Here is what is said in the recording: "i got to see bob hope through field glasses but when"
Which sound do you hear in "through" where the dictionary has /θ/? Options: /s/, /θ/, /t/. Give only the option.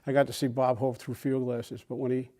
/θ/